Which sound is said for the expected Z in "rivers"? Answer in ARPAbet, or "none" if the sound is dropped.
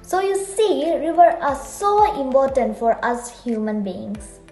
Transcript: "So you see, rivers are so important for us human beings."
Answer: none